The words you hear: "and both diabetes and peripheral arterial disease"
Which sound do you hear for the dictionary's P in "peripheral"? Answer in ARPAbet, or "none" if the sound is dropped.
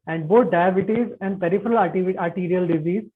P